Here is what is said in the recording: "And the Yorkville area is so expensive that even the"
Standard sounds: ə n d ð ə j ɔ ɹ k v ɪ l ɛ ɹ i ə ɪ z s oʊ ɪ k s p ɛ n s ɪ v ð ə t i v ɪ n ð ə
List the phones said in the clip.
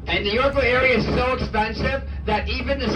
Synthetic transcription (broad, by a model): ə n ð ə j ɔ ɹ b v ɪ ɛ ɹ i ə ɪ z s oʊ ɪ k s p ɛ n s ɪ v ð ə t i v ɪ n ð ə